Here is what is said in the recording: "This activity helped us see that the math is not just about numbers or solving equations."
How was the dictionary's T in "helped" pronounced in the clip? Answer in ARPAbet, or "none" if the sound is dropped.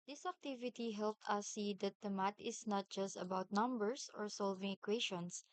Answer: T